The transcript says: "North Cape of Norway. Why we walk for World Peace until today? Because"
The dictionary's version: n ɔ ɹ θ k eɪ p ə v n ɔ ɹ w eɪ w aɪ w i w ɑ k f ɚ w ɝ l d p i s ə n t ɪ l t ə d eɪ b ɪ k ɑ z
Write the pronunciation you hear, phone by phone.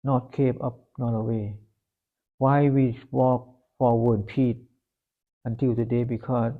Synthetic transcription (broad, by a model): n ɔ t k eɪ p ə p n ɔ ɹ w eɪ w aɪ w i w ɑ k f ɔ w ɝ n p i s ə n t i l t ə d eɪ b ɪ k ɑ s